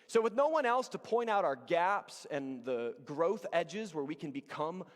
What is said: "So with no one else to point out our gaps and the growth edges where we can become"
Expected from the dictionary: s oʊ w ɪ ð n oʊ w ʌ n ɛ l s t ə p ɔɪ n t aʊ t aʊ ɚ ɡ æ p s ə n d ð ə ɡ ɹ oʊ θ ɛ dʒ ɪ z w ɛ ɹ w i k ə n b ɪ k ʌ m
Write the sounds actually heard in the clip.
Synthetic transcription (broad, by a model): s oʊ w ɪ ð n oʊ w ʌ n ɛ l s t ə p ɔɪ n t aʊ t aʊ ɚ ɡ æ p s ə n ð ə ɡ ɹ oʊ θ ɛ dʒ ɪ z w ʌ ɹ w i k ə n b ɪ k ʌ m